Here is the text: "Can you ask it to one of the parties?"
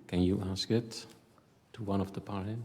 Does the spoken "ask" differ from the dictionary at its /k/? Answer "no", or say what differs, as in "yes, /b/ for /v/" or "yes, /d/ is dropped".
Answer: no